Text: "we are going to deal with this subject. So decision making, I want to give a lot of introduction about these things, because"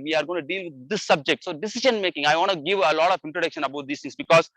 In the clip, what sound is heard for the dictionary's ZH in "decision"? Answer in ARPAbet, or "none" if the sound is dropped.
SH